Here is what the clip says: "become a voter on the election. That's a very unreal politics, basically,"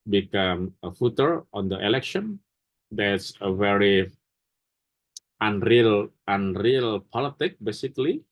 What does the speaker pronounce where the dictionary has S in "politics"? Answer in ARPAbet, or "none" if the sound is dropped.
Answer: none